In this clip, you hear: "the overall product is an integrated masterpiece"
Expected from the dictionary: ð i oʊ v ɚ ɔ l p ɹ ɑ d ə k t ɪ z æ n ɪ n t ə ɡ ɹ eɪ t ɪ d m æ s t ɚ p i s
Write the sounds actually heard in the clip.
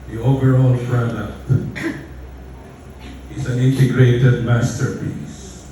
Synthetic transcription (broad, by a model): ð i oʊ v ɚ ɔ l f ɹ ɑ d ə t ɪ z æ n ɪ n t ə ɡ ɹ eɪ t ɪ d m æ s t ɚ p i s